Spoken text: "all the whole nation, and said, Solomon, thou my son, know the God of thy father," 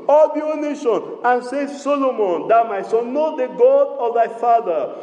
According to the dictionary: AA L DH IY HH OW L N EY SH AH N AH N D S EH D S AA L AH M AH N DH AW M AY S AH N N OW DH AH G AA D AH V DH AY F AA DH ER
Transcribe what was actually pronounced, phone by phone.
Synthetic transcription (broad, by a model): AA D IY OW N EY SH AH N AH N S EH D S AA L AH M AH N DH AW M AY S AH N N OW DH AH G AA D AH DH AY F AA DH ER